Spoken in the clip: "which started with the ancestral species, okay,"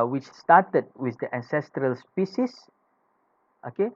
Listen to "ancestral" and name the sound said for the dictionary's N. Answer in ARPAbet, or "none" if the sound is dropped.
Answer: N